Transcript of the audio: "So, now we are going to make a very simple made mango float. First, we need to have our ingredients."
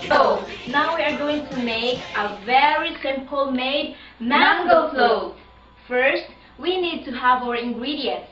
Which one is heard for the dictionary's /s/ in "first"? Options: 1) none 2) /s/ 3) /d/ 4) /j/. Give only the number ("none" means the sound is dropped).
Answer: 2